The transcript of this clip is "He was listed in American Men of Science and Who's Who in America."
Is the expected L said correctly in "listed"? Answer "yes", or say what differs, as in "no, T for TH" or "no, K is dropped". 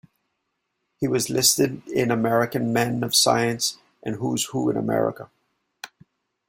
yes